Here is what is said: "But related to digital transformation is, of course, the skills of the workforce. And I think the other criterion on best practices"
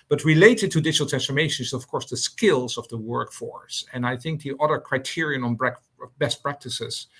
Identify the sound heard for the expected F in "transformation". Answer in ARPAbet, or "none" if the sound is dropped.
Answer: F